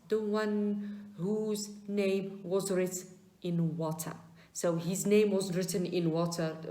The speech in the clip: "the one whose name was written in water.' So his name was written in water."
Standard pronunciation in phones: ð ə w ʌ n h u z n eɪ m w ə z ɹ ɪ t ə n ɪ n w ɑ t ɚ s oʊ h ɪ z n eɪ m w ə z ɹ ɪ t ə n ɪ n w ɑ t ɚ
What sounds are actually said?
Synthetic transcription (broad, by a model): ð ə w ʌ n h u z n eɪ m w ə z ɹ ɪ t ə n ɪ n w ɑ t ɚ s oʊ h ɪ z n eɪ m w ə z ɹ ɪ t ə n ɪ n w ɑ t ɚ